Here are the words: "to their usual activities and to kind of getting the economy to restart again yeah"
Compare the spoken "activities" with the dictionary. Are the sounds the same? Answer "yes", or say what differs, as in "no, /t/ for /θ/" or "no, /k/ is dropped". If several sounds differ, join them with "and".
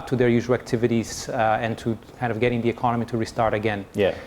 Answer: yes